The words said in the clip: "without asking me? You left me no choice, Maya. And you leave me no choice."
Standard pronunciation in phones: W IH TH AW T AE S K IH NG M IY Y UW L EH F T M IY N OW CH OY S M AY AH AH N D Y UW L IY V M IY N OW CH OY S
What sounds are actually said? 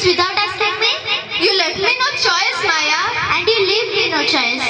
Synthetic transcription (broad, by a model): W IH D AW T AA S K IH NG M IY Y UW L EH T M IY N OW CH OY S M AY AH AH N D Y UW L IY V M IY N OW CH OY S